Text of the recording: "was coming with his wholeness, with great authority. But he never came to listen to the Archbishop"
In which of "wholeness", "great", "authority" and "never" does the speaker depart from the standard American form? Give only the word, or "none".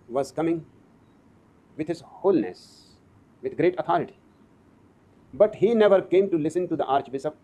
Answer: authority